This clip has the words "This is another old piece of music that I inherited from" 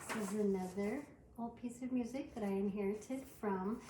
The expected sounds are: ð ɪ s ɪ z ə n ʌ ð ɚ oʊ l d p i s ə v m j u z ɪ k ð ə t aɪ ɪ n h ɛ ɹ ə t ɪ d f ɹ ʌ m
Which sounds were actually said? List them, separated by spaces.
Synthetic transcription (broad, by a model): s ɪ z ə n ʌ ð ɚ oʊ l d p i s ə v m j u z ɪ k ð ə t aɪ ɪ n h ɛ ɹ ə t ɪ d f ɹ ʌ m